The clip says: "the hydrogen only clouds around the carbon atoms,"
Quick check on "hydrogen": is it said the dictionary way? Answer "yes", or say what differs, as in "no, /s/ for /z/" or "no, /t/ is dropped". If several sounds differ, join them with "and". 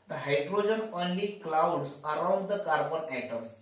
yes